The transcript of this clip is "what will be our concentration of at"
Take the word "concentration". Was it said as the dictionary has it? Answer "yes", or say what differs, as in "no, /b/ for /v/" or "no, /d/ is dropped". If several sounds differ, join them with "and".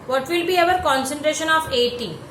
yes